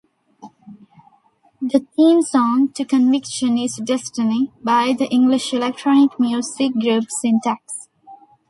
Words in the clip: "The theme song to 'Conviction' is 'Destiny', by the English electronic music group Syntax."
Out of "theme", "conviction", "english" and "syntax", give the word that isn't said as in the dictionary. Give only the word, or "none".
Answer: theme